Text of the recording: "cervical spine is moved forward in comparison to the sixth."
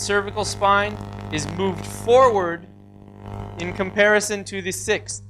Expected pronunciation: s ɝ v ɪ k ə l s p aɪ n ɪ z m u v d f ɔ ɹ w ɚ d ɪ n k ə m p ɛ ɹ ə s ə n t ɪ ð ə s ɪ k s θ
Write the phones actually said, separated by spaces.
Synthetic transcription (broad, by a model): s ɝ v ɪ k l s p aɪ n ɪ z m u v d f ɔ ɹ w ɚ d ɪ n k ə m p ɛ ɹ ə s ə n t ɪ ð ə s ɪ k s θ